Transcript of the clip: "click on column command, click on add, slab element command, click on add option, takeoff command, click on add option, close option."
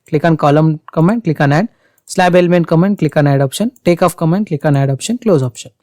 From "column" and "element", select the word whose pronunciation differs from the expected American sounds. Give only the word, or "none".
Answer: none